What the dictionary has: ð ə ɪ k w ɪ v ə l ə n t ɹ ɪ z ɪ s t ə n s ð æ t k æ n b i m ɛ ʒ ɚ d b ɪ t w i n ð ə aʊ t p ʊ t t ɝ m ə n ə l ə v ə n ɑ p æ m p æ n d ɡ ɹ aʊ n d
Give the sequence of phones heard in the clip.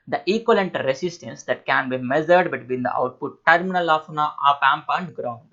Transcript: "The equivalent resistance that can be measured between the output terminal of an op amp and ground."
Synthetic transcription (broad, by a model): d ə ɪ k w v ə l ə n t ɹ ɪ s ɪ s t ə n s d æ t k æ n b i m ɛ z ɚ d b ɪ t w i n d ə aʊ t p ʊ t t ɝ m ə n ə l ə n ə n ɑ p æ m p æ n d ɡ ɹ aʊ n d